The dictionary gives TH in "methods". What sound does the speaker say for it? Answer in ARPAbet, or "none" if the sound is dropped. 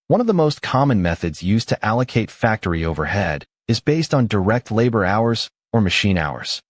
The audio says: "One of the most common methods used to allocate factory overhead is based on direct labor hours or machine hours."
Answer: TH